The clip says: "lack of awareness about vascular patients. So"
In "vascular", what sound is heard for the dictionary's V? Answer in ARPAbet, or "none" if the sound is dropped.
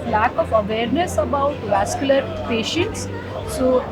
V